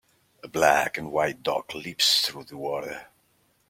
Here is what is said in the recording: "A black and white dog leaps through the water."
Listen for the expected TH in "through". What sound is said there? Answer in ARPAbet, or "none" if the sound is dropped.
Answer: TH